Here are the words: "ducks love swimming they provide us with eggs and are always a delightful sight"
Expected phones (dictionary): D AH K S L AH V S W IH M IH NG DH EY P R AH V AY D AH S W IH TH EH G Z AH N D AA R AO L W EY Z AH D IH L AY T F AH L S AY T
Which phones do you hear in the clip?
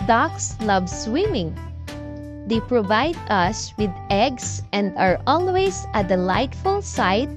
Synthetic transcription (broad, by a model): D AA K S L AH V S W IH M IH NG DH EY P R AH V AY D AH S W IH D EH G S AH N D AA R AO L W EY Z AH D IH L AY T F AH L S AY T